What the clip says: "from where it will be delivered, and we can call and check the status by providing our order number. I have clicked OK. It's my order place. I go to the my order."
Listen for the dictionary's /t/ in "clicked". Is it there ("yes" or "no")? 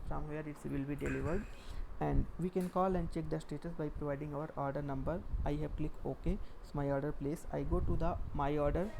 no